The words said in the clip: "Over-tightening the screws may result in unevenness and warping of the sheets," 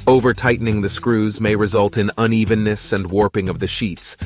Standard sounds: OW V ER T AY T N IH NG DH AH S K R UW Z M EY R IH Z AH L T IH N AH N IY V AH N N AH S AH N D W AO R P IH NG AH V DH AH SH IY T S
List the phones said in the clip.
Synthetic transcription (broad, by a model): OW V ER T AY T N IH NG DH AH S K R UW Z M EY R IH Z AH L T IH N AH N IY V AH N N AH S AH N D W AO R P IH NG AH V DH AH SH IY T S